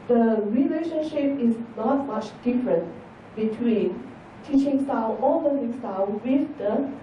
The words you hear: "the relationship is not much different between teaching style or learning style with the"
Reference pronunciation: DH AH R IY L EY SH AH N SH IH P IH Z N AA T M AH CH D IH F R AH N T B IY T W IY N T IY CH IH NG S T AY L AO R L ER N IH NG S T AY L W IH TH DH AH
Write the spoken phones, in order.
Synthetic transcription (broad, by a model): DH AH R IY L EY SH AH N SH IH P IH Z N AA T M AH CH D IH F R AH N T B IY T W IY N T IY CH IH NG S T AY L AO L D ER IH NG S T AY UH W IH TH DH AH